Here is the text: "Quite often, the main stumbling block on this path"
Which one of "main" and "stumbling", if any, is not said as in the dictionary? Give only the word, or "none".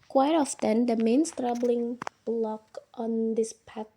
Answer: stumbling